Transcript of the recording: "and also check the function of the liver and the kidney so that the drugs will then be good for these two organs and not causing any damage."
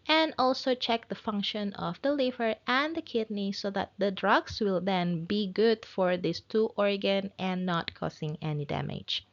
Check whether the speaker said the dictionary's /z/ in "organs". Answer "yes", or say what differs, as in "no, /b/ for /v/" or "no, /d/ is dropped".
no, /z/ is dropped